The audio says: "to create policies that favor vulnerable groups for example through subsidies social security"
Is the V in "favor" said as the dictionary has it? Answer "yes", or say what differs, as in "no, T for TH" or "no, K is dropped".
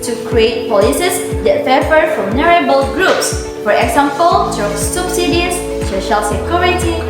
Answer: no, F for V